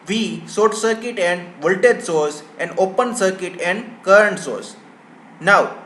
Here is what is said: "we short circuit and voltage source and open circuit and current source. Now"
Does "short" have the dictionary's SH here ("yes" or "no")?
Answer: no